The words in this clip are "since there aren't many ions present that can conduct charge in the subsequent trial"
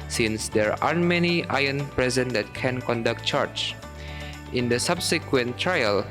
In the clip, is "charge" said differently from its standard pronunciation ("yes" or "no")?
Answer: yes